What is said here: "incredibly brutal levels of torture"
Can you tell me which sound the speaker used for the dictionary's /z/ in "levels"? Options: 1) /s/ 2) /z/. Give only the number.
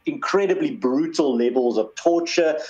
2